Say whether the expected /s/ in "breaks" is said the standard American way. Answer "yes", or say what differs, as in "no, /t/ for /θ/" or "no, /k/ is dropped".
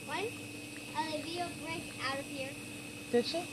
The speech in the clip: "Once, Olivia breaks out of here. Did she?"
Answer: no, /s/ is dropped